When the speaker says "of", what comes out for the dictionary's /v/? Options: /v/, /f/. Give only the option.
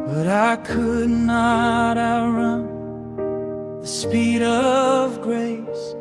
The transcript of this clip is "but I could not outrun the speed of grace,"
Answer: /v/